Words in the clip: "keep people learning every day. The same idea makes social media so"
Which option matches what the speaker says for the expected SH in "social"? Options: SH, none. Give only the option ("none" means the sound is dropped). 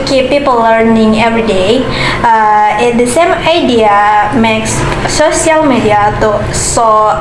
none